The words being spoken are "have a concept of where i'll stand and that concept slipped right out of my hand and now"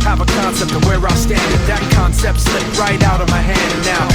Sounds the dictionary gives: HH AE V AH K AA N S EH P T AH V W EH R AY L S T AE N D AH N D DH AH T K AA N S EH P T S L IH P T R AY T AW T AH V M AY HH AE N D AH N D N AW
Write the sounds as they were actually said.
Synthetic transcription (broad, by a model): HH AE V AH K AA N S EH P T AH V W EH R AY S T AE N D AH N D DH AH T K AA N S EH P T S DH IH T R AY T AW T AH V M AY HH AE N D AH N N AW